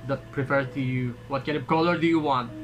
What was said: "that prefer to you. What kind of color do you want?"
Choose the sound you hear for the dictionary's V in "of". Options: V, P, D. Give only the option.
P